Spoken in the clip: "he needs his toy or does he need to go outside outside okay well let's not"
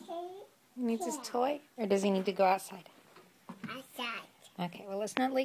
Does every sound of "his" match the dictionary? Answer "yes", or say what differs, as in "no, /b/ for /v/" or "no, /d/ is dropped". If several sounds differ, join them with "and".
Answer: no, /s/ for /z/